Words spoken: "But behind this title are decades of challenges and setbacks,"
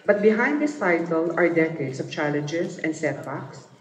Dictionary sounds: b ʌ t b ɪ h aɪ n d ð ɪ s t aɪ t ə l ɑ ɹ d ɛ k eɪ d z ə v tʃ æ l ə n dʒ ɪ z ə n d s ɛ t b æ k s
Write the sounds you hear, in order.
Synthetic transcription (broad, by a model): b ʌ t b ɪ h aɪ n d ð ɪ s t aɪ t ə l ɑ ɹ d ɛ k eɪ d s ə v tʃ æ l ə n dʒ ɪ s ə n d s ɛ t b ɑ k s